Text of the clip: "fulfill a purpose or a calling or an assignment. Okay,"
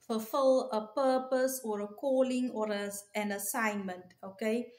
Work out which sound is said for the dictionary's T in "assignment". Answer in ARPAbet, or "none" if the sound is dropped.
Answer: T